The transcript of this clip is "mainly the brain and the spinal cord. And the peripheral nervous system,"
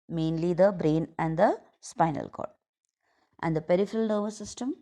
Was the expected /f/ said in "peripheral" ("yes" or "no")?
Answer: yes